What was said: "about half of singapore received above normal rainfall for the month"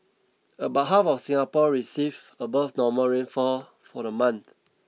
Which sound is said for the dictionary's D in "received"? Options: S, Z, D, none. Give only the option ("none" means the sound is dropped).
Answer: none